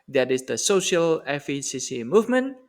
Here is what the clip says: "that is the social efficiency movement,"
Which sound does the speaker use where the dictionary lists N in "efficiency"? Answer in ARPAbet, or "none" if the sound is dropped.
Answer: none